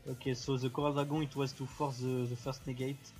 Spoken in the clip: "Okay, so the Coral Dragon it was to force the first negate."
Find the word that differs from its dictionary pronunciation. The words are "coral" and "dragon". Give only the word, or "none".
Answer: dragon